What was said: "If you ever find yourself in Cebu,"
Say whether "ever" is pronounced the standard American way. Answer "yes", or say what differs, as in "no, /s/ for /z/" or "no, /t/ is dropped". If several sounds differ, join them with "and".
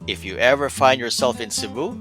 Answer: yes